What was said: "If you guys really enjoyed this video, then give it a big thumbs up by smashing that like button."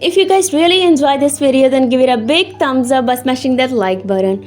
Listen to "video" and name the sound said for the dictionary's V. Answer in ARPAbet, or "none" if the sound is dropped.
P